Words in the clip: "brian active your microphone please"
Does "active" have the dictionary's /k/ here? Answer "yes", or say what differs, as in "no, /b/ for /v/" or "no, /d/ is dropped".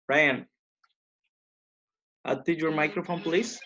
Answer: no, /k/ is dropped